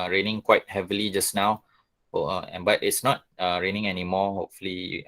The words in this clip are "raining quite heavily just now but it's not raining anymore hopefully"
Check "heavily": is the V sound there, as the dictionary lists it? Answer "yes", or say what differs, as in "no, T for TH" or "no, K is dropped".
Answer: yes